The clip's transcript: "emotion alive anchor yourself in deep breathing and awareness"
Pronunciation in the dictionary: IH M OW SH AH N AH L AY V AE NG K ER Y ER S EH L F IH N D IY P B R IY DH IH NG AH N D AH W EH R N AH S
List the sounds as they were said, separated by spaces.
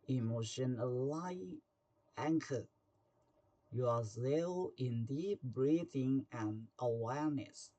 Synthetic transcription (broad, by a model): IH M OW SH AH N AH L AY AE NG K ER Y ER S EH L IH N D IY P B R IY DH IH NG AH N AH W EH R N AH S